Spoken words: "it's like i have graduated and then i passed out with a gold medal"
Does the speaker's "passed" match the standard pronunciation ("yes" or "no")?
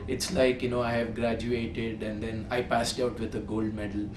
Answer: yes